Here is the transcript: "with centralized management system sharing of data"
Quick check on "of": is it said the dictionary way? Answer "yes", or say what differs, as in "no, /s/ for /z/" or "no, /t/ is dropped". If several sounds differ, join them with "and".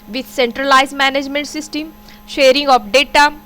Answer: no, /p/ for /v/